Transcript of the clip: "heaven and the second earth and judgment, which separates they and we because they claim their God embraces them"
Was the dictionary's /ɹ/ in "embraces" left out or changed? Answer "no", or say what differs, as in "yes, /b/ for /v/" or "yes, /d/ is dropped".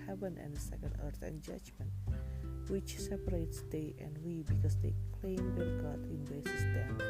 yes, /ɹ/ is dropped